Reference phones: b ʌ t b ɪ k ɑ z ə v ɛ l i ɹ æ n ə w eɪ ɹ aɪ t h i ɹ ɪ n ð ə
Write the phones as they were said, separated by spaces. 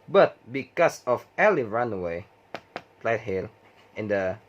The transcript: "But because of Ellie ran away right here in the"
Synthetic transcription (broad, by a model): b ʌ t b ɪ k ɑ s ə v ɛ l i ɹ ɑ n w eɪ l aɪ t h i l ɪ n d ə